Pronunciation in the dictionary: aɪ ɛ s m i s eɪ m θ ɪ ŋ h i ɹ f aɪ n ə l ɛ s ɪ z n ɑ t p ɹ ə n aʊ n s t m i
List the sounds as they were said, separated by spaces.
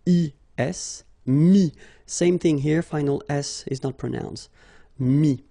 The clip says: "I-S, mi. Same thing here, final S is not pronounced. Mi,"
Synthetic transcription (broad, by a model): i ɛ s m i s eɪ m θ ɪ ŋ h i ɹ f aɪ n ə l ɛ s ɪ z n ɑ t p ɹ ə n aʊ n s t m i